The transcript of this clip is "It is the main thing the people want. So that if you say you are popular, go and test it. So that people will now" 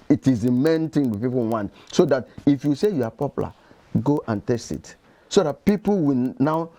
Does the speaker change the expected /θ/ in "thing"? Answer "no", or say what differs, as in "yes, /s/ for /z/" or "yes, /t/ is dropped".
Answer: yes, /t/ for /θ/